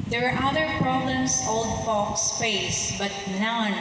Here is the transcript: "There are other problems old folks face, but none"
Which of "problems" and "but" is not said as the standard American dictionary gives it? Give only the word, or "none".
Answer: problems